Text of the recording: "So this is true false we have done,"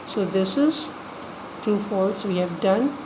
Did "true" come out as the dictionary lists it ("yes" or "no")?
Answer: no